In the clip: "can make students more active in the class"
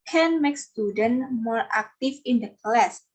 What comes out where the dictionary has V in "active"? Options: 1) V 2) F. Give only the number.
2